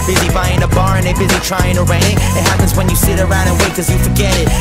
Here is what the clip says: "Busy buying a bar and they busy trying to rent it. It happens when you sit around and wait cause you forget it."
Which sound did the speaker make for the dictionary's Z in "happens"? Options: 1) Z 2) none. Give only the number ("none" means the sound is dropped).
1